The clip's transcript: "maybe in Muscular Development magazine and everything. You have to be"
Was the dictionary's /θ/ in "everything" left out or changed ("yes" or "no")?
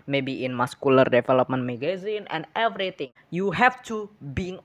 yes